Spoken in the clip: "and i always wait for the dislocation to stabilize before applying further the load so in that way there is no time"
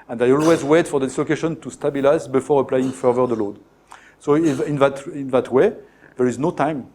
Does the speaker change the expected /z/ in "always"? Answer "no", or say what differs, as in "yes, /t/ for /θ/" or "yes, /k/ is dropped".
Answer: no